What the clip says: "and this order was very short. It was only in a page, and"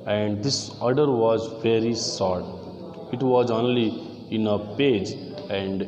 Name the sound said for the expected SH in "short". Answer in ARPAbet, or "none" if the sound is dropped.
S